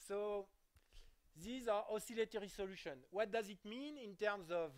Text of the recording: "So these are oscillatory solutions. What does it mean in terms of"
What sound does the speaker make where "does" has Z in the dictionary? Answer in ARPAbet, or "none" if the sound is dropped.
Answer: Z